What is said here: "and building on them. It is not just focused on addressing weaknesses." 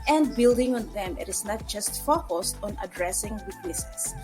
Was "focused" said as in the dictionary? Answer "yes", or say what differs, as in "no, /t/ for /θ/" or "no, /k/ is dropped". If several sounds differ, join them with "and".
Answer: yes